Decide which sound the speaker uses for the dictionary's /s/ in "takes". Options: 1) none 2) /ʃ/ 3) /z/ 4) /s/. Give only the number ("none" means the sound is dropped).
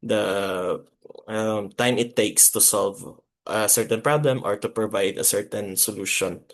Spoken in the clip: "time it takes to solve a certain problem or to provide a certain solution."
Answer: 4